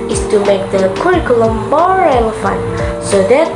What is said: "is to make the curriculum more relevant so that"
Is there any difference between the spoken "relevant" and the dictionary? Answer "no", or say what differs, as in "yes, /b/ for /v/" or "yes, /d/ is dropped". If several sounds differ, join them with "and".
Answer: yes, /f/ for /v/